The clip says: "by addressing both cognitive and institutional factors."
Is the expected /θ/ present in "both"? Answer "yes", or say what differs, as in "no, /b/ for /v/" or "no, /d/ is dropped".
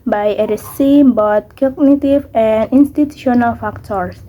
no, /t/ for /θ/